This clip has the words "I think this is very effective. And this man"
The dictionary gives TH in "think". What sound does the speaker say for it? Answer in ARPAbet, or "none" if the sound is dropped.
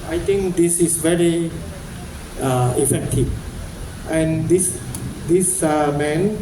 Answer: T